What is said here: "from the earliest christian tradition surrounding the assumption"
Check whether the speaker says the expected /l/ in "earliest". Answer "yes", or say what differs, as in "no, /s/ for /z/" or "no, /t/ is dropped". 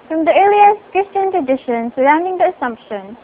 no, /l/ is dropped